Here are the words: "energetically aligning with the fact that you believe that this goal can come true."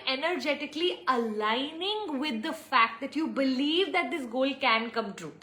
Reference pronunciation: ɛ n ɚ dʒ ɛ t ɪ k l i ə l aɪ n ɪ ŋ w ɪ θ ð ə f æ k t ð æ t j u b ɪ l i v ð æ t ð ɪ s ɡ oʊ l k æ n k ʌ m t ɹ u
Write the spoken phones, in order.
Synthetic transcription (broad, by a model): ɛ n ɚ dʒ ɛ t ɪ k l i ə l aɪ n ɪ ŋ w ɪ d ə f æ k t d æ t j u b ɪ l i v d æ t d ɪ s ɡ oʊ l k æ n k ʌ m t ɹ u